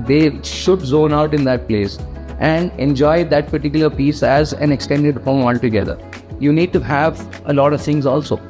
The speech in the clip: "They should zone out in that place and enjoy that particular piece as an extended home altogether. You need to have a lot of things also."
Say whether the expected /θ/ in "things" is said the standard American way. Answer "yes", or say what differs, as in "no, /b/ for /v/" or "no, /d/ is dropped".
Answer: no, /t/ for /θ/